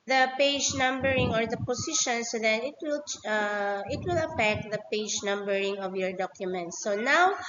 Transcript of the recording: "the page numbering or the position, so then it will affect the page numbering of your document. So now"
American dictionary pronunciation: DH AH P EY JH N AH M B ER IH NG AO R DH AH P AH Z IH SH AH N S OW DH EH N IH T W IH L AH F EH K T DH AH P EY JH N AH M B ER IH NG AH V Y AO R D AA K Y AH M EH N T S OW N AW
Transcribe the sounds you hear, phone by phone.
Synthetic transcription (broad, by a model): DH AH P EY JH N AH M B ER IH NG AO R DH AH P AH S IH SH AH N S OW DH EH N IH T W IH L AH F EH K T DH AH P EY JH N AH M B ER IH NG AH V Y AO R D AA K Y AH M EH N T S OW N AW